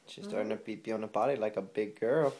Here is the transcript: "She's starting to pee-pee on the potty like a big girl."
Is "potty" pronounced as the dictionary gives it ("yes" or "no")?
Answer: no